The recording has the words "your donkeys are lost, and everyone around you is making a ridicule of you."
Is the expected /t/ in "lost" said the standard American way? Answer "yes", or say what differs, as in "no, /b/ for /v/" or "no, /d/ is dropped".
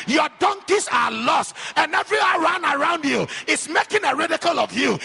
yes